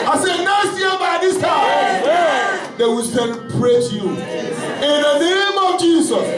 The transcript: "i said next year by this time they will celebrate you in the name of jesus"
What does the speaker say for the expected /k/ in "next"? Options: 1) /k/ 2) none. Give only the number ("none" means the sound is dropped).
2